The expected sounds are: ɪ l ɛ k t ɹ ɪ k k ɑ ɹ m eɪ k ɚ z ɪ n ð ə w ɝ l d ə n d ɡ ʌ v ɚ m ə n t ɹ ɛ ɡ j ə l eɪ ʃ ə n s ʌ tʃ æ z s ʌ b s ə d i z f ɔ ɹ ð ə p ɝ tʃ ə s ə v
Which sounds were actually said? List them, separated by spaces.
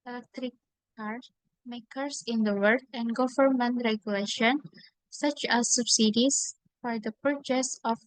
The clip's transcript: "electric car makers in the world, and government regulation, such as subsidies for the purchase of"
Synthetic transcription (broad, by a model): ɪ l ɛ k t ɹ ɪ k k ɑ ɹ m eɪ k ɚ s ɪ n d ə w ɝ d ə n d ɡ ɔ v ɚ m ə n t ɹ ɛ ɡ j ə l eɪ ʃ ə n s ʌ tʃ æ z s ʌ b s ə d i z f ɔ ɹ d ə p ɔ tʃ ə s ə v